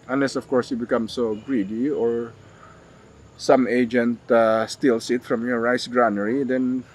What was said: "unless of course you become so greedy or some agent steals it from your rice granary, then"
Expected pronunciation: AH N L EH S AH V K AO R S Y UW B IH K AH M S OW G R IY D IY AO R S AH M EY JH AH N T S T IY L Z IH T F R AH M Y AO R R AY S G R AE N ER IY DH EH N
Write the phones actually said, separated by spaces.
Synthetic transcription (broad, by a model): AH N L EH S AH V K AO R S Y UW B IH K AH M S OW G R IY D IY AO R S AH M EY JH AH N T S T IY L S IH T F R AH M Y AO R R AY S G R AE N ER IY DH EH N